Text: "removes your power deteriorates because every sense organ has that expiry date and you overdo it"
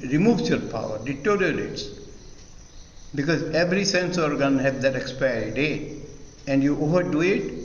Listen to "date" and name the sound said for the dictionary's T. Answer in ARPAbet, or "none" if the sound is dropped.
none